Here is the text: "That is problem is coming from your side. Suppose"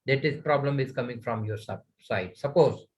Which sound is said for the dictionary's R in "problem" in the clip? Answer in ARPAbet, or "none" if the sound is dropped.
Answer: R